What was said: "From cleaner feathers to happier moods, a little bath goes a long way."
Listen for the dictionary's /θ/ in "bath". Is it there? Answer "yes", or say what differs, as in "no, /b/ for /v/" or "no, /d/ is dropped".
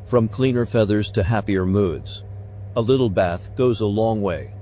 yes